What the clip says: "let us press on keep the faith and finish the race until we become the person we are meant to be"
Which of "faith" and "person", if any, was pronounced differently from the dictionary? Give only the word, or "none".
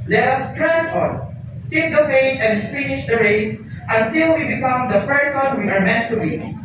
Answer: faith